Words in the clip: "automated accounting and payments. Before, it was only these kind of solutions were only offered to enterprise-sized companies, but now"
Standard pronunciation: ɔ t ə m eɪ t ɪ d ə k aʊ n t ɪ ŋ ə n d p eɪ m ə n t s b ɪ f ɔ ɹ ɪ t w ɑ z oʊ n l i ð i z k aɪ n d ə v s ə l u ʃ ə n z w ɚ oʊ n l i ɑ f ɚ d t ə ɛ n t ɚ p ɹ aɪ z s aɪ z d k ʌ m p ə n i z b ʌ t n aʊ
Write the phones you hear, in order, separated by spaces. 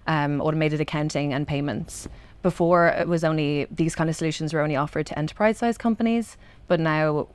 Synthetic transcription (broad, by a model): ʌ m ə m eɪ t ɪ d ə k aʊ n t ɪ ŋ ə n p eɪ m ə n t s b ɪ f ɔ ɹ ɪ t w ɑ z oʊ n l i ð i z k aɪ n d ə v s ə l u ʃ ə n z w ɚ oʊ n l i ɑ f ɚ d t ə ɛ n t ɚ p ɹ aɪ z s aɪ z k ʌ m p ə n i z b ʌ t n aʊ